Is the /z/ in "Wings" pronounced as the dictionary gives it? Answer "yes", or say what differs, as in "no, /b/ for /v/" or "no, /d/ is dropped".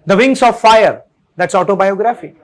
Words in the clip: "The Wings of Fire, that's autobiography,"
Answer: no, /s/ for /z/